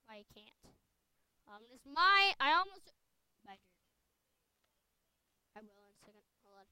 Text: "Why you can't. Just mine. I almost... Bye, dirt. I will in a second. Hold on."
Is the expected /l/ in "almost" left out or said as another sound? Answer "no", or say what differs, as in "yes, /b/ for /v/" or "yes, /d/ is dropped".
no